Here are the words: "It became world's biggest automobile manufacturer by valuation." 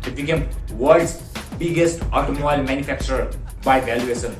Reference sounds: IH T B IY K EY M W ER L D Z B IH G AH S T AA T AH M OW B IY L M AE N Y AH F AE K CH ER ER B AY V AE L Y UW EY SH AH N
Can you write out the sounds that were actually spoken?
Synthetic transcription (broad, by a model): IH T B IY K EY M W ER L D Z B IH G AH S T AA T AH M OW IY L M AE N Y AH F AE K CH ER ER B AY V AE L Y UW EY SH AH N